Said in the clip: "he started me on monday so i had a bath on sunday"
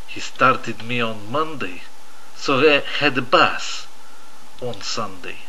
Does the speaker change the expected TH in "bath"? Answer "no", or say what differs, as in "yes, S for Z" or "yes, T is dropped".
yes, S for TH